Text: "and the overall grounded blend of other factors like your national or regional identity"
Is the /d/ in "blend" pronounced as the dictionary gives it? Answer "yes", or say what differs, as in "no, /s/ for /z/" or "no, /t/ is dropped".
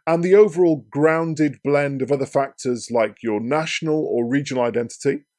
yes